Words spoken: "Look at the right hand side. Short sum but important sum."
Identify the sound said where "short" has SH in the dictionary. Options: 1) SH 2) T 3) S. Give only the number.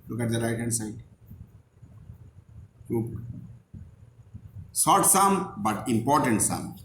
3